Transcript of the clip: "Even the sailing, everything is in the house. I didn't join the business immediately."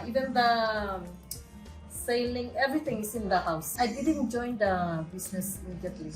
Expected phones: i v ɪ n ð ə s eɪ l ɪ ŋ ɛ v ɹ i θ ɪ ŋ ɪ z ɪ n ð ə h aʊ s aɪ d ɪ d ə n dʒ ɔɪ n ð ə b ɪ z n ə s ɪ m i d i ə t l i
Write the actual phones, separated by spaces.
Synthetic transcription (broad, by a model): i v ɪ n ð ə s eɪ l ɪ ŋ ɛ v ɹ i t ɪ ŋ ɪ s ɪ n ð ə h aʊ s aɪ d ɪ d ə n dʒ ɔɪ n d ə b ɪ s n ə s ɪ m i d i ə t l i